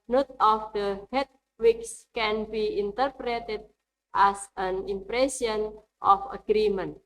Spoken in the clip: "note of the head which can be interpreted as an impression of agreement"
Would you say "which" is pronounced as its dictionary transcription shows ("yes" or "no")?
no